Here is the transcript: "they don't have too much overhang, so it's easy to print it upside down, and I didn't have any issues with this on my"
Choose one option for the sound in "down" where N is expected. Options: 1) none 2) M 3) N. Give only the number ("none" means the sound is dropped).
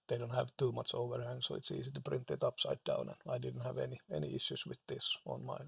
3